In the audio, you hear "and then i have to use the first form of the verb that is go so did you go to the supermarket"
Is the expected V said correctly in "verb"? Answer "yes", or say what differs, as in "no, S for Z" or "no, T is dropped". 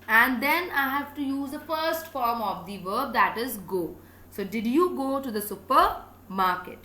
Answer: yes